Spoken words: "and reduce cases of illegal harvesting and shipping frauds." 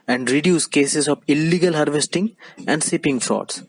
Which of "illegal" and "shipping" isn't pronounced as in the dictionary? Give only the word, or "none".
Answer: shipping